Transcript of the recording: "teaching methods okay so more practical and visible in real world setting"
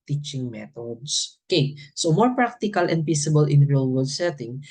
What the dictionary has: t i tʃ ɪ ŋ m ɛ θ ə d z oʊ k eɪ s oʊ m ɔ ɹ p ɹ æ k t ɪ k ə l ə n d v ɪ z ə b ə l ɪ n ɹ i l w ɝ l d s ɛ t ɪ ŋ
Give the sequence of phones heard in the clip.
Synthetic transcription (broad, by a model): t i tʃ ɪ ŋ m ɛ t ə d s oʊ k eɪ s oʊ m ɔ ɹ p ɹ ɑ k t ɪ k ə l ə n d p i s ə b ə l ɪ n ɹ i l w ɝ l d s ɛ t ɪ ŋ